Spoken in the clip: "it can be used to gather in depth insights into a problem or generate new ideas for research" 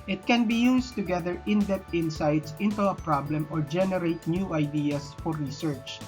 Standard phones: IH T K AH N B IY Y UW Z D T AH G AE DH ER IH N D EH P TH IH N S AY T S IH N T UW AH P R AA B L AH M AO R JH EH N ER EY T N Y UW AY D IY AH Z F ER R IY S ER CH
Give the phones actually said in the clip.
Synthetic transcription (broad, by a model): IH T K AH N B IY Y UW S T AH G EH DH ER IH N D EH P T IH N S AY T S IH N T UW AH P R AA B L AH M AO R JH EH N ER EY T N Y UW AY D IY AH S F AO R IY S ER CH